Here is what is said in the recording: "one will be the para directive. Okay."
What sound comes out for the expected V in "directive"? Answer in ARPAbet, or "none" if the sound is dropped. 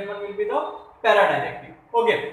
none